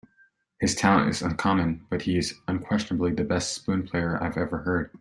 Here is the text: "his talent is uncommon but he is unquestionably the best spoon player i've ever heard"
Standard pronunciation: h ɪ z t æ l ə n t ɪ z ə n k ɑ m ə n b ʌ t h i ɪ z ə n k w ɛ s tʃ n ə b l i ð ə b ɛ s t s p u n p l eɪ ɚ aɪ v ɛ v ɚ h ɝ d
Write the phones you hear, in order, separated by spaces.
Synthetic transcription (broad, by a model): h ɪ z t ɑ ə n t ɪ z ə n k ɑ m ə n b ʌ t h i ɪ z ə n k w ɛ s tʃ n ə b l i ð ə b ɛ s t s p u n p l eɪ ɚ aɪ v ɛ v ɚ h ɝ d